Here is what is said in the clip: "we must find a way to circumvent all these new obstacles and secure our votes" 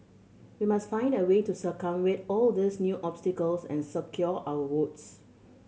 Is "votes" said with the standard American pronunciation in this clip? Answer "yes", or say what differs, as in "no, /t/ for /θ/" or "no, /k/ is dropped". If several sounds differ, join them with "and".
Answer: no, /w/ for /v/